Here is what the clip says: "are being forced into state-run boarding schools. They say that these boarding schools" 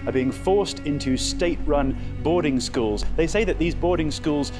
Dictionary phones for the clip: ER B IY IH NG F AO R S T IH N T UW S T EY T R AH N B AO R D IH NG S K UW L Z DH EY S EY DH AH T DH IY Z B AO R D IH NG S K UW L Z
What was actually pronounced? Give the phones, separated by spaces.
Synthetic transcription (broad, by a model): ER B IY IH NG F AO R S T IH N T UW S T EY T R AH N B AO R D IH NG S K UW L Z DH EY S EY DH AH T DH IY Z B AO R D IH NG S K UW L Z